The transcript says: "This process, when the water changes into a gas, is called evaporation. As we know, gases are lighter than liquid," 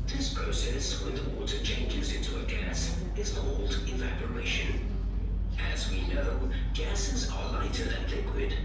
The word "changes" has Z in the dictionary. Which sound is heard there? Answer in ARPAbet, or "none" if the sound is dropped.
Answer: Z